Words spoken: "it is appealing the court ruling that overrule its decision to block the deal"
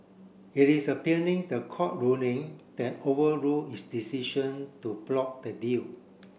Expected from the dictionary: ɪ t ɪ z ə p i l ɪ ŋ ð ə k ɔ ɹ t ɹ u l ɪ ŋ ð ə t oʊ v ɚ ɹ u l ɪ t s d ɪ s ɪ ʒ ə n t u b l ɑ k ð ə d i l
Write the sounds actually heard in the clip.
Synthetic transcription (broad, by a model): ɪ t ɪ s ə p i n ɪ ŋ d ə k ɔ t ɹ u n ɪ ŋ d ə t oʊ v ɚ ɹ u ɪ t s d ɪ s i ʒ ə n t u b l ɑ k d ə d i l